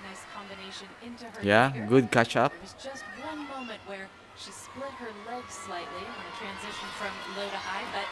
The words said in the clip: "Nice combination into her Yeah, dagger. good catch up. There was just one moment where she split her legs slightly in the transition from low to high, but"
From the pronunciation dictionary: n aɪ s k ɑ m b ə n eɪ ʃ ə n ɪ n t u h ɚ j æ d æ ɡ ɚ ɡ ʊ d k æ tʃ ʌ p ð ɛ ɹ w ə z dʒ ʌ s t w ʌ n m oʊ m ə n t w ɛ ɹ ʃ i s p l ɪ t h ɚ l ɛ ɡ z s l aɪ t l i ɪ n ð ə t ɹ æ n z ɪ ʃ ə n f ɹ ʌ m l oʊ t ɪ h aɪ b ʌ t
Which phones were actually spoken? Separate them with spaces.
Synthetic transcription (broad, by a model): n aɪ s k ɑ m b ə n eɪ ʃ ə n ɪ n t u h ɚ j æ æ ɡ ɡ ʊ d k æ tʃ ʌ p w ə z dʒ ʌ s t w ʌ n m oʊ m ə n t w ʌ ɹ ʃ i s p l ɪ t h ɚ l ɛ ɡ z s l aɪ t l i ɪ n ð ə t ɹ æ n z ɪ ʃ ə n f ɹ ʌ m l oʊ t ɪ h aɪ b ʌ t